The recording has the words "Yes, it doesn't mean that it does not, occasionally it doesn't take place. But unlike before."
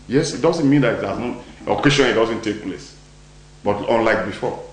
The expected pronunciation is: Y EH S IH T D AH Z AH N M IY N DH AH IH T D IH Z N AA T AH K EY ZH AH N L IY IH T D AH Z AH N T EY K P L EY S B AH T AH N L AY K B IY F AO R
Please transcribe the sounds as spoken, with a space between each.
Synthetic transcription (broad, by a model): Y EH S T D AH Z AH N M IY N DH IH T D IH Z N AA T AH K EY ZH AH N IY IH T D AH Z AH N T EY K P L EY S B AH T AH N L AY K B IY F AO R